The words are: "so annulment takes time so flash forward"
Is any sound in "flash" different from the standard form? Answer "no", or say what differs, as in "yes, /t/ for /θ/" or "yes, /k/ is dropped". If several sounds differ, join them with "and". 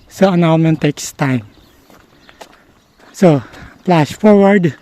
yes, /p/ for /f/